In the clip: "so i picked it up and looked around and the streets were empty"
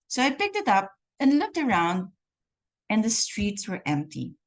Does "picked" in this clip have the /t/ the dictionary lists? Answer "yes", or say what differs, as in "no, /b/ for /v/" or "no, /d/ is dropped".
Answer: yes